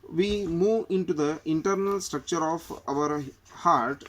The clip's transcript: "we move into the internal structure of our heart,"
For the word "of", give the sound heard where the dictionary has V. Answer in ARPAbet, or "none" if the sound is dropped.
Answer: V